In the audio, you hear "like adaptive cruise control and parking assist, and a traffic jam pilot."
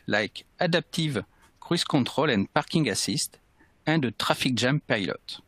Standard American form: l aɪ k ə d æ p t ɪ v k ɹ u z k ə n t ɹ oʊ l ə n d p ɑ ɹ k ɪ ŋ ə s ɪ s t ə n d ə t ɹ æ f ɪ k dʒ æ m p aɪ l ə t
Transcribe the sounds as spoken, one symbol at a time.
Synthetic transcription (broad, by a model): l aɪ k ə d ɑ p t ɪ v k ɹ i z k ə t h oʊ l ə n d p ɑ ɹ k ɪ ŋ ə s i s t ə d ə t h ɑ f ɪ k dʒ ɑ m p aɪ l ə t